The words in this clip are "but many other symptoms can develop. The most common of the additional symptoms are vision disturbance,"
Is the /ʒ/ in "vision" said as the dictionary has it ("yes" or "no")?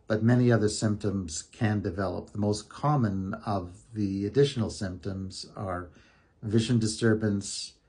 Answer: yes